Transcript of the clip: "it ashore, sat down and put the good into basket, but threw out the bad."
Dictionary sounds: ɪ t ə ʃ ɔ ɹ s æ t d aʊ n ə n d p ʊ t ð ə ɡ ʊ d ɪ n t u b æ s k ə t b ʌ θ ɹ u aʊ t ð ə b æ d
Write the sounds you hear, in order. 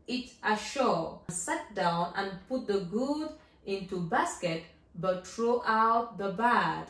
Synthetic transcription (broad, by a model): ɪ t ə ʃ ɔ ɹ s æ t d aʊ n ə n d p ʊ t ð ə ɡ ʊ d ɪ n t u b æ s k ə t b ʌ t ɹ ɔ aʊ t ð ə b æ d